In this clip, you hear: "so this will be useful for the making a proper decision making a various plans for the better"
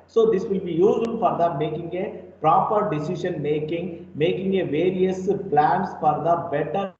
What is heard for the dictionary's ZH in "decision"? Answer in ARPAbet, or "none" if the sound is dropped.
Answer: SH